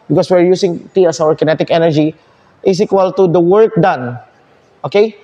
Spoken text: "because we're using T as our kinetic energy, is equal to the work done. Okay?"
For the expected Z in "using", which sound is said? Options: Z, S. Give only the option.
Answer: S